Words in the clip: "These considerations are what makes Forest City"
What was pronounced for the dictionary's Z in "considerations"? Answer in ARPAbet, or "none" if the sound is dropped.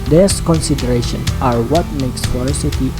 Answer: none